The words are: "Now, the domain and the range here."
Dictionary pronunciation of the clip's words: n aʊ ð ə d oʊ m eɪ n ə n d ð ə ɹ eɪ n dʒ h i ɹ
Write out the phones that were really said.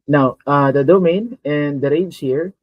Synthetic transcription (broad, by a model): n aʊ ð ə d oʊ m eɪ n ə n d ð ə ɹ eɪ dʒ h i ɹ